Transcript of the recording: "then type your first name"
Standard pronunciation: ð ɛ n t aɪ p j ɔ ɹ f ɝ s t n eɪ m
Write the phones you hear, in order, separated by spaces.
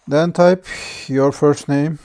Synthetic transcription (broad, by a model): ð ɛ n t aɪ p j ɔ ɹ f ɝ s t n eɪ m